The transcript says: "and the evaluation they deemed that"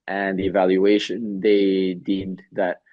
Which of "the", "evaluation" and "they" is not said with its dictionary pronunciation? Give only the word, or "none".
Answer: none